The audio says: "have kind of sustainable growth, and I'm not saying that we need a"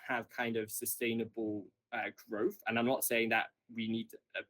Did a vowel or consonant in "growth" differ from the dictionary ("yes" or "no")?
no